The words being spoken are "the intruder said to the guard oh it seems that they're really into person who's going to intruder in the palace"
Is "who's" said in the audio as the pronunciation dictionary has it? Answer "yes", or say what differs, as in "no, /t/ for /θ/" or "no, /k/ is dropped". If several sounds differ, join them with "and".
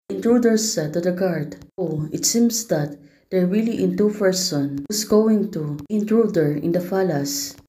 no, /s/ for /z/